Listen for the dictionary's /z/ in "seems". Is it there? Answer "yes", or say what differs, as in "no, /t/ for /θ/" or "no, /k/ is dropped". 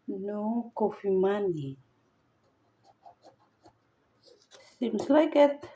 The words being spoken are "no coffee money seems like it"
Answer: no, /s/ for /z/